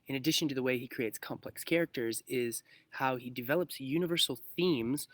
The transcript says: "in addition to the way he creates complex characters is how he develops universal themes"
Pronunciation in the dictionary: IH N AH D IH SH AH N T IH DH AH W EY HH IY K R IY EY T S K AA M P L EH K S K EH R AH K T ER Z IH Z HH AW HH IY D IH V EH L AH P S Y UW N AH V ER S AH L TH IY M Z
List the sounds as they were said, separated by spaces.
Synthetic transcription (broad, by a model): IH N AH D IH SH AH N T IH DH AH W EY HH IY K R IY EY T S K AA M P L EH K S K EH R AH K T ER Z IH Z HH AW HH IY D IH V EH L AH P S Y UW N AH V ER S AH L TH IY M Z